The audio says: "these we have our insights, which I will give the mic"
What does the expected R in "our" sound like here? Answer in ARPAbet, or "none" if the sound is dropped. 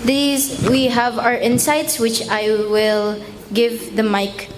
R